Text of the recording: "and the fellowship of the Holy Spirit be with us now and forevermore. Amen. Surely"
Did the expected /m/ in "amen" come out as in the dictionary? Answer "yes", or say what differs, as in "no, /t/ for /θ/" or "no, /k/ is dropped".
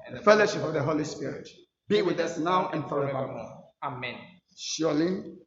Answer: yes